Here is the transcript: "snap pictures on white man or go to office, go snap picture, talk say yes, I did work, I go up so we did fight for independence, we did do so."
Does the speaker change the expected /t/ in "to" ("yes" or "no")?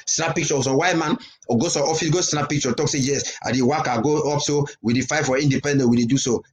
yes